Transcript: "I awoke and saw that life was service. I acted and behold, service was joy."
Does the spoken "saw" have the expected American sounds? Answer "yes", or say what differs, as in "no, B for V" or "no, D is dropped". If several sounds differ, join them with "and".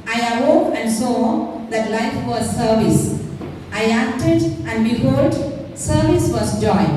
yes